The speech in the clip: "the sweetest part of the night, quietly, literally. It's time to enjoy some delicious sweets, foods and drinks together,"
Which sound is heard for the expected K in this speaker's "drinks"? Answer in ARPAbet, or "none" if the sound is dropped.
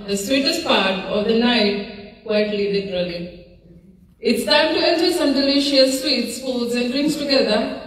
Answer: none